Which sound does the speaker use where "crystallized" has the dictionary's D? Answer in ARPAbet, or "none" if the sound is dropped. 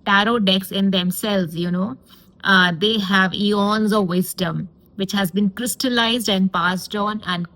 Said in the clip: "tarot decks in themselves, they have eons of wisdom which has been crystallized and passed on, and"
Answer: D